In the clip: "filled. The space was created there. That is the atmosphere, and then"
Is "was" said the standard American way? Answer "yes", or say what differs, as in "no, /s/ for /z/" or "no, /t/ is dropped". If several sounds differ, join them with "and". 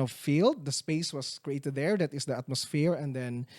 no, /s/ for /z/